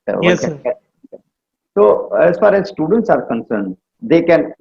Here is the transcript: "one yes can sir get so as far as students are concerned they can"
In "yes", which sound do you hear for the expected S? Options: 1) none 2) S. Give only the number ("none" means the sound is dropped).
1